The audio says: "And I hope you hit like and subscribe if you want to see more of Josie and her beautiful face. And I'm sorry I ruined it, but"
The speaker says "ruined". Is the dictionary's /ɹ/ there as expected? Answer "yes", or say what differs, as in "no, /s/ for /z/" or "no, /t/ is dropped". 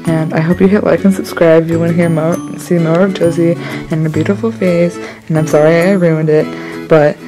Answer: yes